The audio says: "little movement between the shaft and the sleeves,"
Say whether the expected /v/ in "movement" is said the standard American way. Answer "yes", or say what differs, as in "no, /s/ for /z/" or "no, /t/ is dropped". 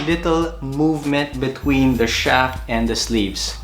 yes